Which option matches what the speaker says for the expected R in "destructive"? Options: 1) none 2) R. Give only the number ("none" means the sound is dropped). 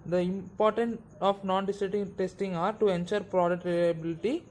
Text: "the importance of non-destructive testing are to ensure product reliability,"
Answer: 1